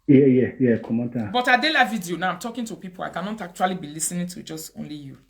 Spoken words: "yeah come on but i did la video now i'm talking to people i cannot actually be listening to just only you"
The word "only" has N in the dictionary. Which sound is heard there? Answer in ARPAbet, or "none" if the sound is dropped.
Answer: N